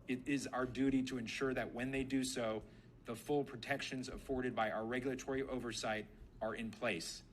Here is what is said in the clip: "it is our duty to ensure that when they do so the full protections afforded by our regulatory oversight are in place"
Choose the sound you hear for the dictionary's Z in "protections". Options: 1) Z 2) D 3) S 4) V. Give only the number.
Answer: 1